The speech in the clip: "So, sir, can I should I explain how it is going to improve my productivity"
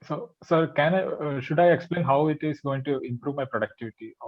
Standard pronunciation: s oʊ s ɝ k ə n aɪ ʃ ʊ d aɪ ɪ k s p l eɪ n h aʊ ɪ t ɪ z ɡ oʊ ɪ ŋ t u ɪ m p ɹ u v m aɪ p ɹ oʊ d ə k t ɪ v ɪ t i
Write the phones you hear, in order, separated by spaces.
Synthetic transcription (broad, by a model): s oʊ s ɝ k ə n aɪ ʃ ʊ d aɪ ɪ k s p l eɪ n h aʊ ɪ t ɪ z ɡ oʊ ɪ ŋ t u ɪ m p ɹ u v m aɪ p ɹ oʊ d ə k t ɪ v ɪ t i